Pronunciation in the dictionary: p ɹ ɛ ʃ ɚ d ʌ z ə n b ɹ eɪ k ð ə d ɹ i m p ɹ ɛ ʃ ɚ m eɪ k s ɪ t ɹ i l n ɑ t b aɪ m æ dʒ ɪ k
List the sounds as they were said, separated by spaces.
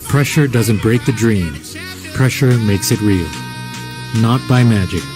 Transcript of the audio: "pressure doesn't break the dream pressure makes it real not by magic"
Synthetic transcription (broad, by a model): p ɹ ɛ ʃ ɚ d ʌ z ə n b ɹ eɪ k ð ə d ɹ i m p ɹ ɛ ʃ ɚ m eɪ k s ɪ t ɹ i l n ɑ t b aɪ m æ dʒ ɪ k